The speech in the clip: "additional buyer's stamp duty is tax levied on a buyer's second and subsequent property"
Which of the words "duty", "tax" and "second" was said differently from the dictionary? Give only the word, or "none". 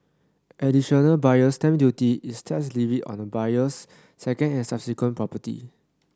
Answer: tax